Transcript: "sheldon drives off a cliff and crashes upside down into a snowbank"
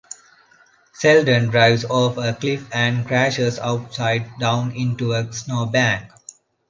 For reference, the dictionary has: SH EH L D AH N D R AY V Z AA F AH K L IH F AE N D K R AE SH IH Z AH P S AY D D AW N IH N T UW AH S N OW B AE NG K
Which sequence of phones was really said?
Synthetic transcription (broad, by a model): S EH L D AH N D R AY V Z AA F AH K L IH F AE N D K R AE SH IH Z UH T S AY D D AW N IH N T UW AH S N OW B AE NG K